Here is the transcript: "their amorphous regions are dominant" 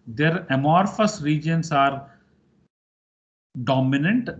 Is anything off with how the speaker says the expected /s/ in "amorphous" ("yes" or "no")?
no